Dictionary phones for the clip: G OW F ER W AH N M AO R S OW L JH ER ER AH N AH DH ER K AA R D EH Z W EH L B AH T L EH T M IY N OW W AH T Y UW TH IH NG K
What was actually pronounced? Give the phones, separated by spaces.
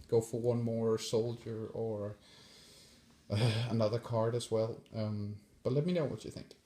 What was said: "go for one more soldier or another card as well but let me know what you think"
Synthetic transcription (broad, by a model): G OW F ER W AH N M AO R S OW L JH ER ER AH N AH DH ER K AA R D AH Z W EH L B AH T L EH T M IY N OW W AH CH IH TH IH NG K